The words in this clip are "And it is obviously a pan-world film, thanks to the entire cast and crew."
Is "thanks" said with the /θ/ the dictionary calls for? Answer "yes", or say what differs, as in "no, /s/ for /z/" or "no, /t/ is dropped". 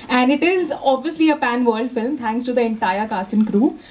no, /t/ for /θ/